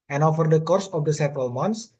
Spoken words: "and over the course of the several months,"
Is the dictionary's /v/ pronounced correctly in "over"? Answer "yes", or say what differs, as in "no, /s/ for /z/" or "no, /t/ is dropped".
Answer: no, /f/ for /v/